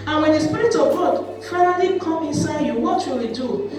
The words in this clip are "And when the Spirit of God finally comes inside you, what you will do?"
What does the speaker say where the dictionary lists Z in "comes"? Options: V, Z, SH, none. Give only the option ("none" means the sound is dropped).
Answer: none